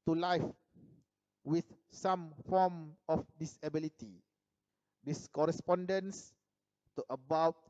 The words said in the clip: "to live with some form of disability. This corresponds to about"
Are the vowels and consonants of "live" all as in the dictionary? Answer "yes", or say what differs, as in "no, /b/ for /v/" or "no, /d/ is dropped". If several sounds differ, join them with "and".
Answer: no, /f/ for /v/